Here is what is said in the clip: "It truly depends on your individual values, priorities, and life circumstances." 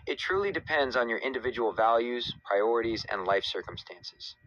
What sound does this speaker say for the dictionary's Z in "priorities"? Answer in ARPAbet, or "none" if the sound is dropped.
Z